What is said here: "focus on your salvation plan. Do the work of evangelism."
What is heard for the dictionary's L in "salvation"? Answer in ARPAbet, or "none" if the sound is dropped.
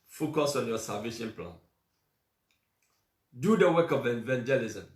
none